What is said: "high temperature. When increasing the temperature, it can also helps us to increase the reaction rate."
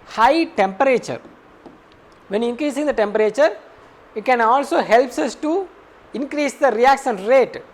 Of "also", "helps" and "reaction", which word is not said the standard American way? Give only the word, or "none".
reaction